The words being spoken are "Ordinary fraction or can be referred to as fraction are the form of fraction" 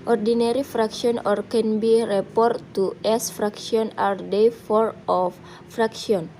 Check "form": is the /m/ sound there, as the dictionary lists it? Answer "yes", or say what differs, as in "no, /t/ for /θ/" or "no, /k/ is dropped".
no, /m/ is dropped